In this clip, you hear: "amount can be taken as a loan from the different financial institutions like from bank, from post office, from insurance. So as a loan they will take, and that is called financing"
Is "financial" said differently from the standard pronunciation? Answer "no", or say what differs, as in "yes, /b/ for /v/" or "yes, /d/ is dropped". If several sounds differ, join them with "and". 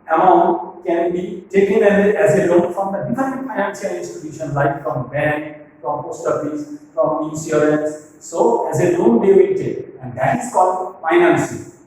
yes, /s/ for /ʃ/